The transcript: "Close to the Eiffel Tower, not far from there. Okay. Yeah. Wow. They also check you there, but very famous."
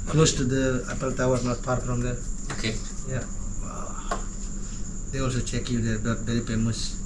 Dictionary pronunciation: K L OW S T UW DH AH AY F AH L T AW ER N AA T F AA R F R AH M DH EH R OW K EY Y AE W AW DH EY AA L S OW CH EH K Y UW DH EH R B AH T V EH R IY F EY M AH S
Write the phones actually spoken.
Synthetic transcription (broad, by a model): K L OW S T UW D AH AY P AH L T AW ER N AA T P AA R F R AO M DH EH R OW K EY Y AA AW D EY AA L S OW CH EH K Y UW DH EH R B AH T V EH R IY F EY M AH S